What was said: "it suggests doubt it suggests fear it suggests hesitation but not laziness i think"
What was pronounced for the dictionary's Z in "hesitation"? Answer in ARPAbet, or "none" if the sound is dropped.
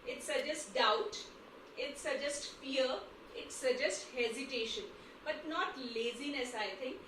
Z